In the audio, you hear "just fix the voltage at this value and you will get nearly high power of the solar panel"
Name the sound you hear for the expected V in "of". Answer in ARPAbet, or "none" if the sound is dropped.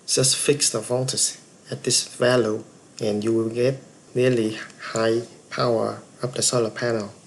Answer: P